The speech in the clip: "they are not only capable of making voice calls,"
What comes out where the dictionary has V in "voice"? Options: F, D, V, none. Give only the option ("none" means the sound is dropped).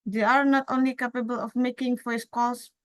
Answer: F